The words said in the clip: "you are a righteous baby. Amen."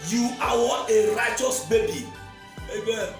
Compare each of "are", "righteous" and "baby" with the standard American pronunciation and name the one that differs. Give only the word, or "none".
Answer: are